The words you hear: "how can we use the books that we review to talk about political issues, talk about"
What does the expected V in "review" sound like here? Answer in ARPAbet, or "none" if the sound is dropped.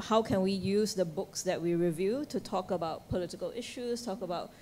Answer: V